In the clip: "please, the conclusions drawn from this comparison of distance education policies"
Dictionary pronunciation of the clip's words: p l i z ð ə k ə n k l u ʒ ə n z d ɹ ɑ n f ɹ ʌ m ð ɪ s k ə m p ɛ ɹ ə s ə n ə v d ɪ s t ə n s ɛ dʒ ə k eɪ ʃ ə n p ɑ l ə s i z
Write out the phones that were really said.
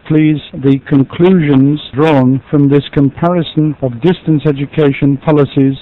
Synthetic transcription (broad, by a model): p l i z ð ə k ə n k l u ʒ ə n z d ɹ ɑ n f ɹ ʌ m ð ɪ s k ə m p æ ɹ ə s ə n ə v d ɪ s t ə n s ɛ dʒ ə k eɪ ʃ ə n p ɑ l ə s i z